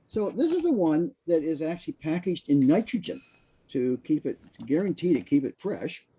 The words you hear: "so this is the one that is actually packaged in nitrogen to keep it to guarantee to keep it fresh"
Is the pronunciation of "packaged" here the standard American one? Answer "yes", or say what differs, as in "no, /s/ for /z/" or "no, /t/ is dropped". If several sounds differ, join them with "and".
yes